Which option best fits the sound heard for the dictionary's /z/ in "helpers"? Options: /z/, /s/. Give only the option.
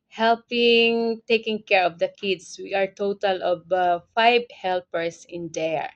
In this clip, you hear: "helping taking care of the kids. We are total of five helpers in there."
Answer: /s/